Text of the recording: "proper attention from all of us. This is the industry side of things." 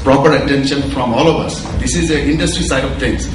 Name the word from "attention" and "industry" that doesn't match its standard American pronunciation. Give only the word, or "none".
none